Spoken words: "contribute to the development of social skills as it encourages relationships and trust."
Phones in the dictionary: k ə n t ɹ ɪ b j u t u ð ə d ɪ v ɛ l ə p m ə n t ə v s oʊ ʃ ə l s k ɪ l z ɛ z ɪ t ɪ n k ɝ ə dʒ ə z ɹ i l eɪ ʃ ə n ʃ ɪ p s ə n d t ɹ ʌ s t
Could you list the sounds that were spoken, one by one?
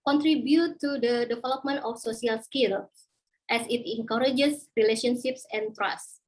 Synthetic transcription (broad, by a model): k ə n t ɹ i b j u t u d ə d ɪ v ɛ l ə p m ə n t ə f s oʊ s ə l s k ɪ l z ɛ s ɪ t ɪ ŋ k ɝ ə dʒ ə s ɹ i l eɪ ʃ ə n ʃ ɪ p s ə n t ɹ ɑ s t